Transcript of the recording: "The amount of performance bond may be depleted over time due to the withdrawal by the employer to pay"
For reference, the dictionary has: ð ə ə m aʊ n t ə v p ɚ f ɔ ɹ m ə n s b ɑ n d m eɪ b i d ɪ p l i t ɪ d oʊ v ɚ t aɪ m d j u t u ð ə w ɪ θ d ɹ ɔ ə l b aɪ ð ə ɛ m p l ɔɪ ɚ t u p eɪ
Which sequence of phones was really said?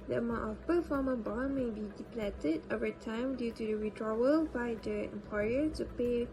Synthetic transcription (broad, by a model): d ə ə m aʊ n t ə f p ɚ f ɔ m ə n b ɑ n m eɪ b i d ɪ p l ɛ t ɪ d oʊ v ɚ t aɪ m d j u t u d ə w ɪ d ɹ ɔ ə l b aɪ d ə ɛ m p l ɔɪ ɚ t u p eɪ